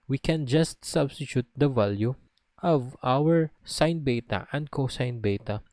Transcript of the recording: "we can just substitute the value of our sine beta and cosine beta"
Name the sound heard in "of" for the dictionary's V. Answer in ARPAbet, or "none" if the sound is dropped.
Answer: V